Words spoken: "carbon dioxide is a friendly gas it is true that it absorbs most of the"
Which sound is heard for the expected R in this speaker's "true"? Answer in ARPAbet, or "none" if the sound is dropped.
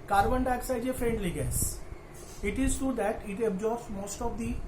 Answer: none